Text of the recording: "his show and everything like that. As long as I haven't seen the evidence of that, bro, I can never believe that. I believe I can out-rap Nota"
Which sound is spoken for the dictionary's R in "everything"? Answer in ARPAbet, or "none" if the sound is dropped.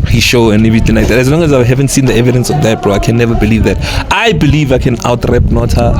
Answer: none